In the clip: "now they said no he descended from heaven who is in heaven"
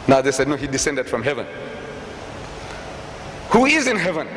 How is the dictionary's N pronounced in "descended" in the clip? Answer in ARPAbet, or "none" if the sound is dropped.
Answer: N